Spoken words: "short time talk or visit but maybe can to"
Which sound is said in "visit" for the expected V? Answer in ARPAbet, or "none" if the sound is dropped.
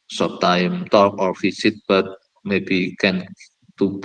F